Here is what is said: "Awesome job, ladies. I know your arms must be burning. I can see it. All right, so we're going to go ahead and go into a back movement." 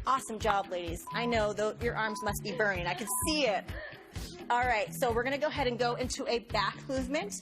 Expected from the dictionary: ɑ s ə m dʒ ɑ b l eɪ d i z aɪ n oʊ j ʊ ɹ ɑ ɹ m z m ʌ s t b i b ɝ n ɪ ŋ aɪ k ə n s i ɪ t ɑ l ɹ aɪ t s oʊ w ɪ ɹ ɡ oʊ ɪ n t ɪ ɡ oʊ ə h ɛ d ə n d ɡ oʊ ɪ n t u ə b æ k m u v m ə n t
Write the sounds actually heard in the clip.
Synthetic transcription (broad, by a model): ɑ s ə m dʒ ɑ b l eɪ d i z aɪ n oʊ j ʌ ɹ ɑ ɹ m z m ʌ s t b i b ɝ ɪ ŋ aɪ k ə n s i ɪ t ɑ l ɹ aɪ t s oʊ w ɪ ɹ ɡ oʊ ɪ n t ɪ ɡ oʊ ə h ɛ d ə n ɡ oʊ ɪ n t u ə b æ k m u v m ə n t